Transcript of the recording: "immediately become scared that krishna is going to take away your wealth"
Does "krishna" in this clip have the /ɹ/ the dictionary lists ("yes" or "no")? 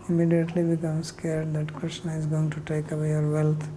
no